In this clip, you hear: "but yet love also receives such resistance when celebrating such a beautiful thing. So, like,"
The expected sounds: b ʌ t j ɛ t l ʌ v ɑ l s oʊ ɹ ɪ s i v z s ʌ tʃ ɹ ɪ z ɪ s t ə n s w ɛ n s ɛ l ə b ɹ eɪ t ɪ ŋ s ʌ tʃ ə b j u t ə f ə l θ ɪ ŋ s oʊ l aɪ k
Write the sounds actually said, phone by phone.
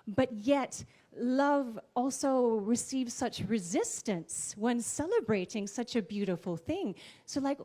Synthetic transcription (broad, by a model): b ʌ t j ɛ t l ʌ v ɑ l s oʊ ɹ ɪ s i v z s ʌ tʃ ɹ ɪ z ɪ s t ə n s w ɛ n s ɛ l ə b ɹ eɪ t ɪ ŋ s ʌ tʃ ə b j u t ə f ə l θ ɪ ŋ s oʊ l aɪ k